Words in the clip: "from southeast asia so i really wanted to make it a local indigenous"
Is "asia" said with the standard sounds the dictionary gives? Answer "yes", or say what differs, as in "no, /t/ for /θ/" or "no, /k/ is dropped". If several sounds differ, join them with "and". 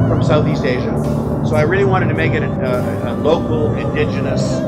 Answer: yes